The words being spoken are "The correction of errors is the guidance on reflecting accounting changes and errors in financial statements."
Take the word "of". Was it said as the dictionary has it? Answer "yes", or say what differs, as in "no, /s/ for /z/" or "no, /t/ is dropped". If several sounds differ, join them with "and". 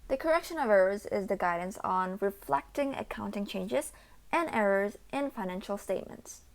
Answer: yes